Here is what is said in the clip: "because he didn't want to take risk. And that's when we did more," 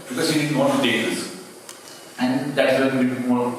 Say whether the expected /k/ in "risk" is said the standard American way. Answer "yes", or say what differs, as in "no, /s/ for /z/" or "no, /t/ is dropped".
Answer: no, /k/ is dropped